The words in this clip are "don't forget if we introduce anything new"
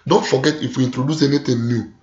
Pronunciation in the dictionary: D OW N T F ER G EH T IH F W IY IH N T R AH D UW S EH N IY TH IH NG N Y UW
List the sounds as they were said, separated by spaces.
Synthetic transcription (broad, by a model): D OW N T F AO G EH T IH F W IY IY N T R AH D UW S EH N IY T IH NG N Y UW